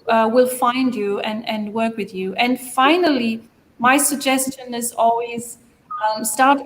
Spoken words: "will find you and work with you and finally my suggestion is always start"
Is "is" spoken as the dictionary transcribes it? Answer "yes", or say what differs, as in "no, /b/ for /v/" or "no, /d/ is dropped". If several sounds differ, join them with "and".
yes